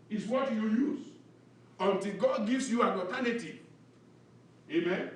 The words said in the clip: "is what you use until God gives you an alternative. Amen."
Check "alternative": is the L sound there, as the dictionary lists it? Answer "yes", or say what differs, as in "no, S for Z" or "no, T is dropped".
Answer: no, L is dropped